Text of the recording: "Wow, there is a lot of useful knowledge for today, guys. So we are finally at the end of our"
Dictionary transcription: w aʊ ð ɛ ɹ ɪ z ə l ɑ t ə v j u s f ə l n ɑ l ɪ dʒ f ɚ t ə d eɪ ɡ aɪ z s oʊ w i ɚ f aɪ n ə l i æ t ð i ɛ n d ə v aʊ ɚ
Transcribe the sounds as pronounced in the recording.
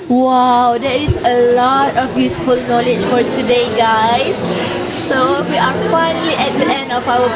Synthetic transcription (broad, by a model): w aʊ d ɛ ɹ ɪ s ə l ɑ t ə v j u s f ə l n ɑ l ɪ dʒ f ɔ t ə d eɪ ɡ aɪ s s oʊ w i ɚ f aɪ n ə l i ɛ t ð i ɛ n d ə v aʊ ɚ